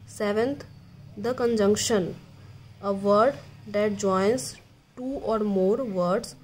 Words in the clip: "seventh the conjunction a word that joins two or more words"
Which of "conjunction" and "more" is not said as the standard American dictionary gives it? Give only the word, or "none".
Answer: none